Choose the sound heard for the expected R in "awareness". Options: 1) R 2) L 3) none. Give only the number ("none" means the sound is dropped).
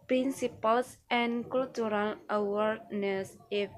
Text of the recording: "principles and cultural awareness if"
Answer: 1